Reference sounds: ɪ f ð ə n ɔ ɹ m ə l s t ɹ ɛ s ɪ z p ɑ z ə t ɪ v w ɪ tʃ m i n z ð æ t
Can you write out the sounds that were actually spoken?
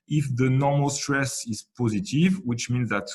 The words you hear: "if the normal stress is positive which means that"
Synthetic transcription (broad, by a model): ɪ f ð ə n ɔ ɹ m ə l s t ɹ ɛ s ɪ z p ɑ z ə t ɪ v w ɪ tʃ m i n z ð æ t